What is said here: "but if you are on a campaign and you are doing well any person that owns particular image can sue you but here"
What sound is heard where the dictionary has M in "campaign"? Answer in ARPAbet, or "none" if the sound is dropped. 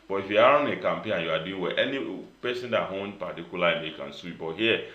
M